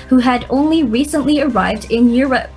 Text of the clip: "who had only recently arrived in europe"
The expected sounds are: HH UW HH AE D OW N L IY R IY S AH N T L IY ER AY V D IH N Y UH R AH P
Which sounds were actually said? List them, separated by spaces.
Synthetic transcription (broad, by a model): HH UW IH D OW N L IY R IY S AH N T L IY ER AY V D IH N Y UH R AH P